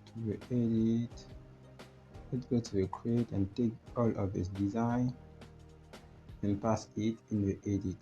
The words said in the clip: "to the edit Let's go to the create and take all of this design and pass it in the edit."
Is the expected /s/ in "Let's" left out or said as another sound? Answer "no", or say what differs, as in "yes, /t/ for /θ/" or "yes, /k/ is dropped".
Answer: yes, /s/ is dropped